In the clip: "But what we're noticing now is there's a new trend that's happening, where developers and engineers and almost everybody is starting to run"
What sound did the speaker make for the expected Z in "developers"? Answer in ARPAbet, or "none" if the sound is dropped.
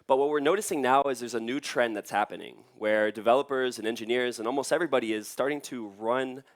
Z